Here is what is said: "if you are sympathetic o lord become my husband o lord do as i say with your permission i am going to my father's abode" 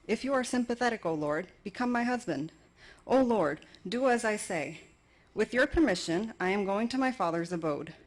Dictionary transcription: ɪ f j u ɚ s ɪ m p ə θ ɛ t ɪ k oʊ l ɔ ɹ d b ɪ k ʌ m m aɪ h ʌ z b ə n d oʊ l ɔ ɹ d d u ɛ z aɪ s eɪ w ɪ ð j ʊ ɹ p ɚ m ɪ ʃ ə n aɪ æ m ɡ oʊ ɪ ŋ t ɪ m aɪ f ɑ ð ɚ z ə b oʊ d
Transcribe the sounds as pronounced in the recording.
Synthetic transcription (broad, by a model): ɪ f j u ɚ s ɪ m p ə θ ɛ t ɪ k oʊ l ɔ ɹ d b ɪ k ʌ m m aɪ h ʌ z b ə n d oʊ l ɔ ɹ d d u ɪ z aɪ s eɪ w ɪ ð j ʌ ɹ p ɚ m ɪ ʃ ə n aɪ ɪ m ɡ oʊ ɪ ŋ t ɪ m aɪ f ɑ ð ɚ z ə b oʊ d